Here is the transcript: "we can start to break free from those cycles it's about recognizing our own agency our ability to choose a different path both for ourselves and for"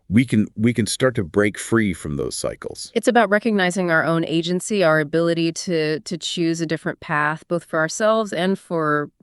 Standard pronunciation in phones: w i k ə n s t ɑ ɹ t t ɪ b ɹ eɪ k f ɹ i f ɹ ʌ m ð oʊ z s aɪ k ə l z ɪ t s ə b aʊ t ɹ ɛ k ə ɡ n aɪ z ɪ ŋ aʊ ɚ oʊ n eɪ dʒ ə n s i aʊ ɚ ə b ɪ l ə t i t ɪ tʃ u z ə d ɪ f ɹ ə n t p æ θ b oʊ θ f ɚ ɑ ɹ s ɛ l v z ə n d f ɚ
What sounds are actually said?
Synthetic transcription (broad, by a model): w i k ə n s t ɑ ɹ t t ɪ b ɹ eɪ k f ɹ i f ɹ ʌ m ð oʊ z s aɪ k l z ɪ t s ə b aʊ t ɹ ɛ k ə ɡ n aɪ z ɪ ŋ aʊ ɚ oʊ n eɪ dʒ ə n s i aʊ ɚ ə b ɪ l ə t i t ɪ tʃ u z ə d ɪ f ɹ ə n p æ θ b oʊ θ f ɚ ɑ ɹ s ɛ l v z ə n f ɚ